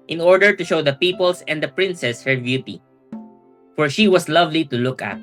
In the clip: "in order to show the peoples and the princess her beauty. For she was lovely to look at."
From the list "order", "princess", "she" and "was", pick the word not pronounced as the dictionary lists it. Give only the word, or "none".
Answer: was